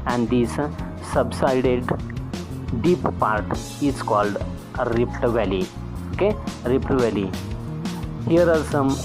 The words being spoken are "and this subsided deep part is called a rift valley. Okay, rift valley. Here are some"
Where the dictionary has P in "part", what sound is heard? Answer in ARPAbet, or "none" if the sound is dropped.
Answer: P